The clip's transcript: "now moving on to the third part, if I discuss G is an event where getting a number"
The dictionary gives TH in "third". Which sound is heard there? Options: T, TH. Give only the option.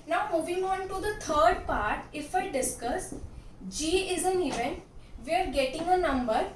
T